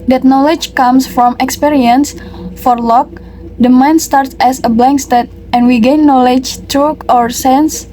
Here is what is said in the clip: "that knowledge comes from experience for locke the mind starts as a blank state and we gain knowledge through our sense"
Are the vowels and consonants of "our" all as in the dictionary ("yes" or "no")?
yes